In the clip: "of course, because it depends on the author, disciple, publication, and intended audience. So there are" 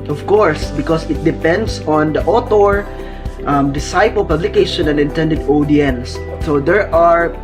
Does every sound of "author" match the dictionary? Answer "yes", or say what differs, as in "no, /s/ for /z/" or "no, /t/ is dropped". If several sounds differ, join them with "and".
no, /t/ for /θ/